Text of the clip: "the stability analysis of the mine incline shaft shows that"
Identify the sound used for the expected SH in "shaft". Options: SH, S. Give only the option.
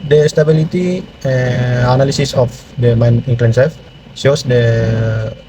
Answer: S